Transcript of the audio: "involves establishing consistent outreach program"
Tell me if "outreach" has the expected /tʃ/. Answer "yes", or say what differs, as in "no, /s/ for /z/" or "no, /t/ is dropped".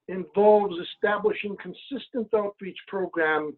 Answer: yes